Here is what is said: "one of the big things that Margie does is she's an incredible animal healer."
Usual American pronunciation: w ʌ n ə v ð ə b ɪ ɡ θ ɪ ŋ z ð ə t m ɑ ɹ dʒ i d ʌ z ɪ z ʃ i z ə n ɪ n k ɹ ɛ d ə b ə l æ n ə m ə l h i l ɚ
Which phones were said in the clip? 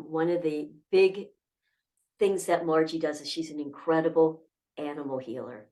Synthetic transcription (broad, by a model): w ʌ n ə v ð ə b ɪ ɡ θ ɪ ŋ z ð ə t m ɑ ɹ dʒ i d ʌ z ɪ z ʃ i z n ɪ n k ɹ ɛ d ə b l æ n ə m l h i l ɚ